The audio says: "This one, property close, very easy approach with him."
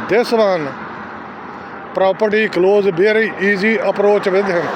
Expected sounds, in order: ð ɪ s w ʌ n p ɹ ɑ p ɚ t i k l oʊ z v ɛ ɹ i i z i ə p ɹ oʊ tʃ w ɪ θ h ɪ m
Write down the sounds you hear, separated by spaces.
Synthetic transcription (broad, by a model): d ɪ s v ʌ n p ɹ ɑ p ɚ t i k l oʊ z b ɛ ɹ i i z i ə p ɹ oʊ tʃ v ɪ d h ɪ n